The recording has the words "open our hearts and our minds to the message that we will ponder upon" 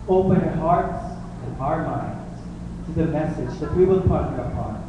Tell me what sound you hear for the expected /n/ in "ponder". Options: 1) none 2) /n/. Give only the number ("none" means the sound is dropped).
1